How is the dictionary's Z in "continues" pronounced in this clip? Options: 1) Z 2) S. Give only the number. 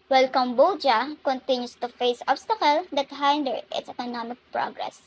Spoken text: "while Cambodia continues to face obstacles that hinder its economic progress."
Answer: 2